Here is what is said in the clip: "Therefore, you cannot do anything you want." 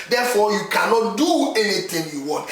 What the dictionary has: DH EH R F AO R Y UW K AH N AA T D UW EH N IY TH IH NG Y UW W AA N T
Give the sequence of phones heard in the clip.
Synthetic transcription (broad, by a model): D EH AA F AO Y UW K AH N AA T D UW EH N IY T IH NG Y UW W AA N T